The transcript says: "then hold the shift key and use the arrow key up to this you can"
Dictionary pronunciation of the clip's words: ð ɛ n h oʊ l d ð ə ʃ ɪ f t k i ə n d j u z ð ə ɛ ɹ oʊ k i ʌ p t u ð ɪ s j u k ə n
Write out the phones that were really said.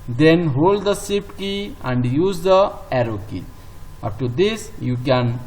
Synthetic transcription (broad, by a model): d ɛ n h oʊ l d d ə s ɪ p k i ə n d j u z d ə ɛ ɹ oʊ k i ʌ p t u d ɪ s j u k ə n